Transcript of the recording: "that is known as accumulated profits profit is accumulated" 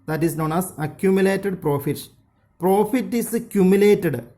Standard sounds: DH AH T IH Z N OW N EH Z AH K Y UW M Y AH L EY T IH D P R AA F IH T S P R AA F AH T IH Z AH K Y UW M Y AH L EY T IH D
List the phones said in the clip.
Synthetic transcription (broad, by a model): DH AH T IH S N OW N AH S AH K Y UW M Y AH L EY T IH D P R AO F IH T P R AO F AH T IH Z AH K Y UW M Y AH L EY T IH D